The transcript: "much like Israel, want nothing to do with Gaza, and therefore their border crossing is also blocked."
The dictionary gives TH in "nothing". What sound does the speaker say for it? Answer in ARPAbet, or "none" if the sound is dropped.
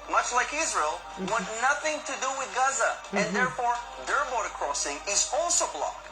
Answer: TH